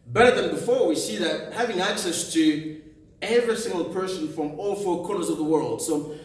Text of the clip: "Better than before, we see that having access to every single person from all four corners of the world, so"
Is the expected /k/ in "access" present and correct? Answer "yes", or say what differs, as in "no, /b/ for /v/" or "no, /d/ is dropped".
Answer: yes